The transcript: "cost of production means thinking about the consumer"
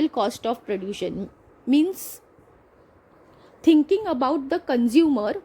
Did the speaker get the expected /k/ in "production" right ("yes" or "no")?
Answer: no